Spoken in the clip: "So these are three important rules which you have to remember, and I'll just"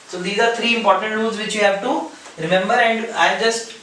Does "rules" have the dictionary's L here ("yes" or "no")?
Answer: no